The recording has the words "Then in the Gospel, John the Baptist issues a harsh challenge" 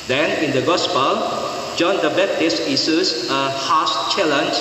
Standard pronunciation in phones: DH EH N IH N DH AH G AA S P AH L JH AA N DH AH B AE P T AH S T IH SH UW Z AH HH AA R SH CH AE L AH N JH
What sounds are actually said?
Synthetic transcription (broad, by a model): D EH N IH N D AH G AA S P AH L JH AA N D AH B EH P T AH S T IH S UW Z AH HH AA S CH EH L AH N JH